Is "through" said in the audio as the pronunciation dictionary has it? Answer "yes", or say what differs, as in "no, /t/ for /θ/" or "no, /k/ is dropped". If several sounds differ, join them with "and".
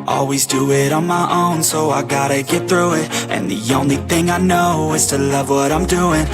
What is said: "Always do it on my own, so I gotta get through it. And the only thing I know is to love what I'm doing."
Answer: yes